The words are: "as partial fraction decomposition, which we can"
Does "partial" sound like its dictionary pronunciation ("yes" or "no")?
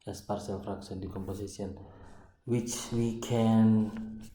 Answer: no